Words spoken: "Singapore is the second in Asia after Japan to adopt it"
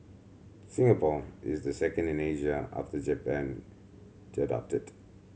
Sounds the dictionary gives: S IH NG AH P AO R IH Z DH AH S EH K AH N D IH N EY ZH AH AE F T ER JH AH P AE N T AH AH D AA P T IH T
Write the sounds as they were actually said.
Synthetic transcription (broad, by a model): S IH NG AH P AO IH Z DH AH S EH K AH N D IH N EY ZH AH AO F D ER JH AH P AE N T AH AH D AA P T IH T